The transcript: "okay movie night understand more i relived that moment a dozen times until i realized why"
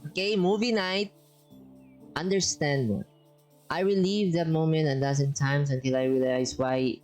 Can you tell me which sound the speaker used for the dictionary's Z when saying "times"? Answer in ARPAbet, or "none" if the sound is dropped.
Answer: S